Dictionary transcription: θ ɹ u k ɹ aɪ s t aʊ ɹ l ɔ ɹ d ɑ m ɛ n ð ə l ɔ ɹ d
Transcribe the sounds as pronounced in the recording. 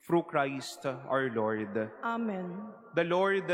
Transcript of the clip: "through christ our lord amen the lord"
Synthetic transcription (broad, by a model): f ɹ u k ɹ aɪ s t aʊ ɹ l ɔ ɹ d ɑ m ɛ n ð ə l ɔ ɹ d